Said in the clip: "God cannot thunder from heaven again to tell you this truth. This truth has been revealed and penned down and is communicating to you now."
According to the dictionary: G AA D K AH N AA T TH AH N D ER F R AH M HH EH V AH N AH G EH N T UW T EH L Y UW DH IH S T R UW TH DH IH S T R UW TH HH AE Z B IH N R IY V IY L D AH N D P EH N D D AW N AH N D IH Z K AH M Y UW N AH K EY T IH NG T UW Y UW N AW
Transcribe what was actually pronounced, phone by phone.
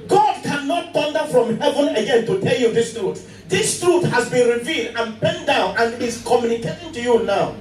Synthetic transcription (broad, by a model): G AA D K AH N AA T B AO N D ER F R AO M HH EH V AH N AH G EH N T UW T EH L Y UW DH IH S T R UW T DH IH S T R UW T HH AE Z B IH N R IY V IY L D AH N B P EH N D D AW N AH N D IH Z K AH M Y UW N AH K EY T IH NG T UW Y UW N AW